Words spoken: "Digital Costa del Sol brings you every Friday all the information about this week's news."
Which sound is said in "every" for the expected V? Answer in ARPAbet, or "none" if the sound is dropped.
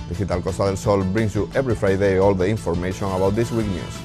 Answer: B